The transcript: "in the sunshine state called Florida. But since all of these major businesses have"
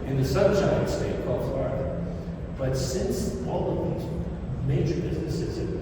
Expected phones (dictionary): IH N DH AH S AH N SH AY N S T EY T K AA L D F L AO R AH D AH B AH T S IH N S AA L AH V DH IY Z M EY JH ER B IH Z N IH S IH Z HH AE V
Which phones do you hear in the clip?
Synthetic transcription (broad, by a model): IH N DH AH S AH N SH AY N S T EY T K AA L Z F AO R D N B AH T S IH N S AA L AH V DH IY Z M EY JH ER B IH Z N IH S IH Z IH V